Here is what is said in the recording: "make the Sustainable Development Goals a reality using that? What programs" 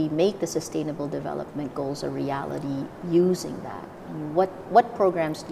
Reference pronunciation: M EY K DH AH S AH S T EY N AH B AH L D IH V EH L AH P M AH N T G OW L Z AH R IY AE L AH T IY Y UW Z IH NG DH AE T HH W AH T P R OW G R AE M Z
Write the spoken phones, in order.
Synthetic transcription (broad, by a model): M EY K DH AH S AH S T EY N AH B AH L D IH V EH L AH P M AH N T G OW L Z AH R IY AE L AH T IY Y UW Z IH NG DH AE T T W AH T P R OW G R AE M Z